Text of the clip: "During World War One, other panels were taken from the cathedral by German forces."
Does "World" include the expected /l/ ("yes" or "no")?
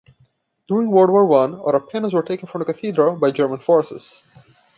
no